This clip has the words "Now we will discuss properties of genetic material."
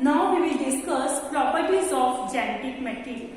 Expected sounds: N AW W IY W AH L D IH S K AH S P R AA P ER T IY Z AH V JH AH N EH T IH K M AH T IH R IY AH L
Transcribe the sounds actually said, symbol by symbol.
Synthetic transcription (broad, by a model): N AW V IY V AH L D IH S K AH S P R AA P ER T IY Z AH F JH AH N EH T IH K M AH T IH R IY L